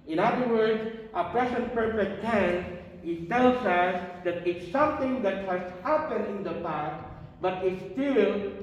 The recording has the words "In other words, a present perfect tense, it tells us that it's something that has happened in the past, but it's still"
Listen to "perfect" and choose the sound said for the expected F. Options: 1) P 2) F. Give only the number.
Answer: 1